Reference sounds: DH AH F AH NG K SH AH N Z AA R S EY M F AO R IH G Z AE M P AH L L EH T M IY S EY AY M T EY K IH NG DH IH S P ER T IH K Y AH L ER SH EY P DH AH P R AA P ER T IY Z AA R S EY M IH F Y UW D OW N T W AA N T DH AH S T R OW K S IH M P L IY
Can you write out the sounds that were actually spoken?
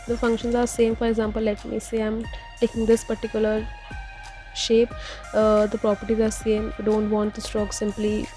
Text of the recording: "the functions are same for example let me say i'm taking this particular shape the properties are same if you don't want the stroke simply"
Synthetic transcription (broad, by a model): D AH F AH NG K SH AH N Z AA R S EY M F AO R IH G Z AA M P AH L L EH T M IY S EY AY M T EY K IH NG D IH S P ER T IH K Y AH L ER SH EY P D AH P R AA P ER T IY Z AA R S EY M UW D OW N T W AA N T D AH S T R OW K S IH M P L IY